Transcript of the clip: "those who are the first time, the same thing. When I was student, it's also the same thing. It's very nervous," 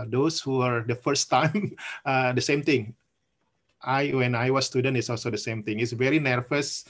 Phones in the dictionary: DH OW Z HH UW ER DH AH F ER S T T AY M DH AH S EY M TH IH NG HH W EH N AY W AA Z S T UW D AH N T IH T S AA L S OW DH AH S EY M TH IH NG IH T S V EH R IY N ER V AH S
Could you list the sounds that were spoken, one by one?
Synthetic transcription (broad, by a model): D OW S HH UW ER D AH F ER S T T AY M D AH S EY M T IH NG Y W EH N AY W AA S T UW D AH N T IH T S AA L S OW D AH S EY M T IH NG IH T S V EH R IY N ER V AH S